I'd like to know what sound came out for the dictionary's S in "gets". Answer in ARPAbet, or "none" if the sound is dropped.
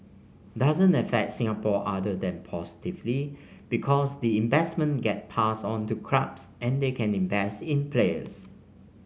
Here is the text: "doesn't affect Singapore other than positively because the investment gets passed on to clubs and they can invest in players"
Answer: none